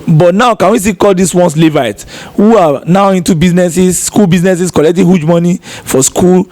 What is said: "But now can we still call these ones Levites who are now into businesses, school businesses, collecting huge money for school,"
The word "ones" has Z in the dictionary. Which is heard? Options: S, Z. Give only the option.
S